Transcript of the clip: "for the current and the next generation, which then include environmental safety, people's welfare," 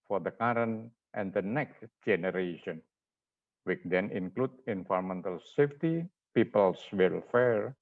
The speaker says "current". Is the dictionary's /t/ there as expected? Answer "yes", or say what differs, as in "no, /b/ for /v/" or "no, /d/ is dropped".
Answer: yes